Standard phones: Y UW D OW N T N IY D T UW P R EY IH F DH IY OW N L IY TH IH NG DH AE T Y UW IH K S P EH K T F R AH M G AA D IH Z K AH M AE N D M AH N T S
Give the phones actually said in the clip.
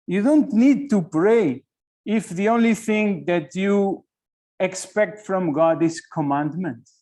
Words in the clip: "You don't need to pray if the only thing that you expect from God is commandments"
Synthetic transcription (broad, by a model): Y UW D OW N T N IY D T UW P R EY IH F DH IY OW N L IY TH IH NG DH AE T Y UW IH K S P EH K T F R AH M G AA D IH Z K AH M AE N D M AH N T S